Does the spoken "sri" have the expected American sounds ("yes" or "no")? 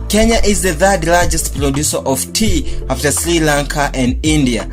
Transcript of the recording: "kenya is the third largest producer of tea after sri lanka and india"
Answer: yes